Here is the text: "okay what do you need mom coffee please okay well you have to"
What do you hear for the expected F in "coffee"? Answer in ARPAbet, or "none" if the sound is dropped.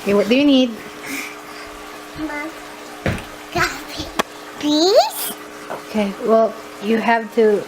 none